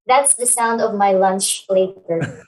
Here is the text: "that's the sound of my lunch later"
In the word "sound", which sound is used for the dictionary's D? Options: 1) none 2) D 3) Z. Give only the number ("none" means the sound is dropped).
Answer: 2